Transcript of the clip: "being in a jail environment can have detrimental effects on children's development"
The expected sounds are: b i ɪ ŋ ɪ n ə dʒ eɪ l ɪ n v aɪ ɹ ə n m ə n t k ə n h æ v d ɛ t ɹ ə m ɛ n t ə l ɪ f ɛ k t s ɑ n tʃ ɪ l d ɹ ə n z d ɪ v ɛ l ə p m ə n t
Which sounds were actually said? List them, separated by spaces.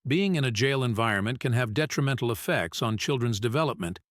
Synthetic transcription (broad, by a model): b i ɪ ŋ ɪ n ə dʒ eɪ l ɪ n v aɪ ɹ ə n m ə n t k ə n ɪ v d ɛ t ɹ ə m ɛ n t l ɪ f ɛ k t s n tʃ ɪ l d ɹ ə n z d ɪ v ɛ l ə p m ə n t